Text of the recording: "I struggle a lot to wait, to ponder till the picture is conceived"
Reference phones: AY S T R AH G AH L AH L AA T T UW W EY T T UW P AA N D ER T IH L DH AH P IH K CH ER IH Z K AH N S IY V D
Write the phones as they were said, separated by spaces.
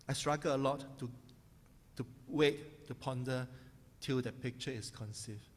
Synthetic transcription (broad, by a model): AY S T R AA G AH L AH L AA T T UW W EY T T UW P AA N D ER T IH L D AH P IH K CH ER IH S K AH N S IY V